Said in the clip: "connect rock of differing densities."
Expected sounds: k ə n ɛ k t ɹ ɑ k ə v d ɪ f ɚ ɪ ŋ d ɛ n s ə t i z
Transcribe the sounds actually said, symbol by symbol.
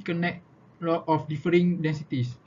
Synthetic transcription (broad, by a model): k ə n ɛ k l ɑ ə f d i f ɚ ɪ ŋ d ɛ n s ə t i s